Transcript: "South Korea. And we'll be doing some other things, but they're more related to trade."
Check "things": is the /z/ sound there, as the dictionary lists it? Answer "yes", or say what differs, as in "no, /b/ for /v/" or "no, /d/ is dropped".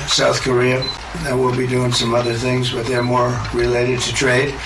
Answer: yes